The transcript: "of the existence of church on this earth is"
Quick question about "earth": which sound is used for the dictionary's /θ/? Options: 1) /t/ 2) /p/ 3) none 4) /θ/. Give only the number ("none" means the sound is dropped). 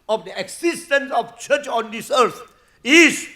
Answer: 1